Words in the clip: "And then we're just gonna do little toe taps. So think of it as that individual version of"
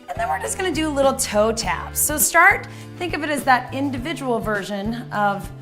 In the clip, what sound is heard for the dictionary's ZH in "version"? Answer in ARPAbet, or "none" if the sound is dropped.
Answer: ZH